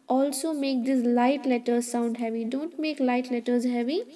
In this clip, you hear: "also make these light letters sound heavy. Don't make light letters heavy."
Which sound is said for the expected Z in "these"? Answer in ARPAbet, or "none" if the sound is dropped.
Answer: S